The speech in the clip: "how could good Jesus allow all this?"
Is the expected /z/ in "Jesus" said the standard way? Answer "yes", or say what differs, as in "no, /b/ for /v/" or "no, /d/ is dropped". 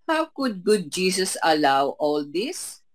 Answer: no, /s/ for /z/